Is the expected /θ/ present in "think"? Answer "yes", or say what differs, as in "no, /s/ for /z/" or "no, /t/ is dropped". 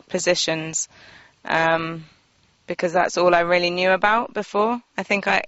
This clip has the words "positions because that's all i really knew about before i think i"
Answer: yes